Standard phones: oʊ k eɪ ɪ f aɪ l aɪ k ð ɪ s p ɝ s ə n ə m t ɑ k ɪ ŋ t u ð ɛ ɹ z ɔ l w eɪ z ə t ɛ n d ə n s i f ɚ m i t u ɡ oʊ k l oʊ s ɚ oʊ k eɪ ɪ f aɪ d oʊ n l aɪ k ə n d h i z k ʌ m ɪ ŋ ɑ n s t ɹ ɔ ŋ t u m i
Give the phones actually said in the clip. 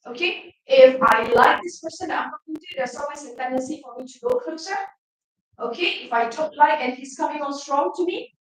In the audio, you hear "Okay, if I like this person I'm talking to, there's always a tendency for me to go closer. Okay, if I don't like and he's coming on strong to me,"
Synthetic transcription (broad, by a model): oʊ k eɪ ɪ f aɪ l aɪ k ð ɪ s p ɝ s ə n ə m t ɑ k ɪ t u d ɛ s ɔ l w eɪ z ə t ɛ n d ə n s i f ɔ m i t u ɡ oʊ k oʊ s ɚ oʊ k eɪ ɪ f aɪ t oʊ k l aɪ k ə n h i s k ʌ m ɪ ŋ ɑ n s t ɹ ɔ ŋ t u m i